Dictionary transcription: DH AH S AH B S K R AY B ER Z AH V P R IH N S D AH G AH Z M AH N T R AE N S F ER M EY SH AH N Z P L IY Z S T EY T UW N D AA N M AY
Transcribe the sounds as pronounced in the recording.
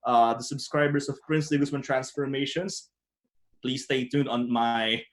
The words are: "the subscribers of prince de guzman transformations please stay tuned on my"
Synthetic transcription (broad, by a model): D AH S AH B S K R AY B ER S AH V P R IH N S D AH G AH S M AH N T R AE N S F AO M EY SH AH N S P L IY S T EY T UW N AA N M AY